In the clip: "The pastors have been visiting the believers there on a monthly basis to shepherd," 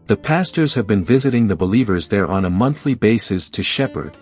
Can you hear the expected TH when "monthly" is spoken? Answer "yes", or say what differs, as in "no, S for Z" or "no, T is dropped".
yes